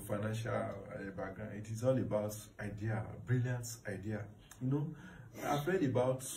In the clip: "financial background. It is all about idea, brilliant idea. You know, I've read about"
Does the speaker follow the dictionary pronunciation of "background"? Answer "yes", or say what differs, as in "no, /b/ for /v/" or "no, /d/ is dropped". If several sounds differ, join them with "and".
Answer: no, /k/ is dropped and /ɹ/ is dropped